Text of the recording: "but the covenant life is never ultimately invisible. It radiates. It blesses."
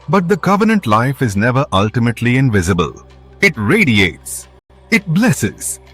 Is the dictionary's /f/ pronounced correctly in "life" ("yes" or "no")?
yes